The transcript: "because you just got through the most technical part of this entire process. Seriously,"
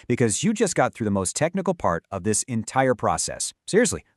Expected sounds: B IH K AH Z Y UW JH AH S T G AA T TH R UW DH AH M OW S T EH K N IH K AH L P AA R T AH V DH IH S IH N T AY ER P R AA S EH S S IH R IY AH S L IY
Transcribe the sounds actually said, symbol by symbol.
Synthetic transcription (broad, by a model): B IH K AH Z Y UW JH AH S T G AA T TH R UW DH AH M OW S T EH K N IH K L P AA R T AH V DH IH S IH N T AY ER P R AA S EH S S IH R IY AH S L IY